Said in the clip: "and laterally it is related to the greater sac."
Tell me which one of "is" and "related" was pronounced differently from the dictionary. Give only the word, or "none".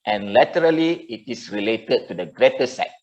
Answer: is